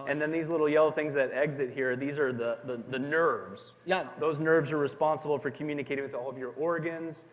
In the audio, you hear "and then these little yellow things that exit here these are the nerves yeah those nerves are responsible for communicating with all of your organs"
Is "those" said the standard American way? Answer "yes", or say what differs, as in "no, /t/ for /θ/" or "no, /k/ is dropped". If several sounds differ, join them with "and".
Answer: yes